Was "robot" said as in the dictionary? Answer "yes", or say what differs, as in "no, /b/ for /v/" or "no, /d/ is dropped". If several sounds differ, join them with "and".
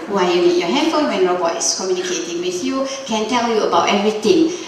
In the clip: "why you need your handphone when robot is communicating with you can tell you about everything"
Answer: no, /b/ is dropped